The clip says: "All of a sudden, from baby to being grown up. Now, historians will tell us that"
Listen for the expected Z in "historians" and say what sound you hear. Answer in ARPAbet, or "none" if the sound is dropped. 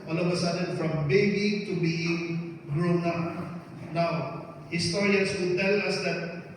S